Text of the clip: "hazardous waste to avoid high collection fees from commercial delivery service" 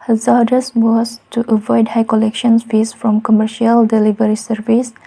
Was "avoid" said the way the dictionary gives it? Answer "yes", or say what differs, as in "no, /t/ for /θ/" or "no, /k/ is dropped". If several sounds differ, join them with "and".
yes